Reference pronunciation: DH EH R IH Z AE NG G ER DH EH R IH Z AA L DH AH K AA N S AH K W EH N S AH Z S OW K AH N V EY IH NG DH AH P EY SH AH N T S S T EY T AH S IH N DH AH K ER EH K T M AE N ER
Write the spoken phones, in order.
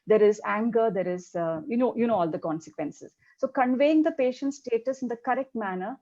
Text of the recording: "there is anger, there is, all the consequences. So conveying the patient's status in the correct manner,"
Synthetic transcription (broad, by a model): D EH R IH Z AE NG G ER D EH R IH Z AA L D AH K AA N S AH K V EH N S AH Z S OW K AH N V EY IH NG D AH P EY SH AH N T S S T EY T AH S IH N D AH K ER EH K T M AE N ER